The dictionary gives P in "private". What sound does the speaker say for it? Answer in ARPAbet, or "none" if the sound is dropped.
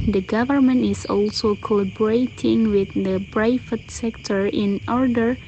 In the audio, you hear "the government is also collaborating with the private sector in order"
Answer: B